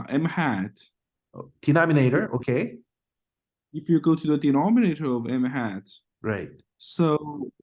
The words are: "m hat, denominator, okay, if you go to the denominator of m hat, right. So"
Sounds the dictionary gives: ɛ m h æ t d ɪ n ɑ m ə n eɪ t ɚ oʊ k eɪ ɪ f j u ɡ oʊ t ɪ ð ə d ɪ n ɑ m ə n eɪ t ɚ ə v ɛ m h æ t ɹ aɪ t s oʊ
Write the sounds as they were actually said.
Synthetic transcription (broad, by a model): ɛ m h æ t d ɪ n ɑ m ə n eɪ t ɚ oʊ k eɪ ɪ f j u ɡ oʊ t ɪ ð ə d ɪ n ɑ m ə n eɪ t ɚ ə v ɛ m h æ t ɹ aɪ t s oʊ